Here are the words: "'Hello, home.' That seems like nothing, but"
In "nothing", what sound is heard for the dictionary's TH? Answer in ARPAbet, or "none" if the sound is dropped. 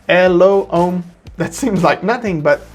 TH